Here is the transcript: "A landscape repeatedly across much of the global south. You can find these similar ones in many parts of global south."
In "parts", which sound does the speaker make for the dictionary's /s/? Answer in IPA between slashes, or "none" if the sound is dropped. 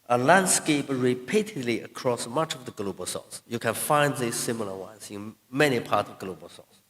none